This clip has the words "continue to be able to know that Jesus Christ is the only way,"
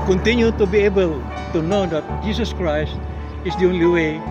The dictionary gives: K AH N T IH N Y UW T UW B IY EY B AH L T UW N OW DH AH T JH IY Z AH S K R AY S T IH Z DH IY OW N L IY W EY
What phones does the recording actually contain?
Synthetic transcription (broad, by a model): K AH N T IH N Y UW T UW B IY EY B AH L T UW N OW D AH T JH IY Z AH S K R AY S T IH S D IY OW N L IY W EY